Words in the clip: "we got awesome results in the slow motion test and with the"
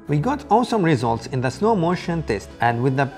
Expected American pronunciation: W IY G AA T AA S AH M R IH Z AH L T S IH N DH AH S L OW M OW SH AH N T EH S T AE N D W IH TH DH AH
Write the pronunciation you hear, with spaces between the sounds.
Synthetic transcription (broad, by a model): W IY G AA T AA S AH M R IH Z AH L T S IH N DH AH S N OW M OW SH AH N T EH S T AE N D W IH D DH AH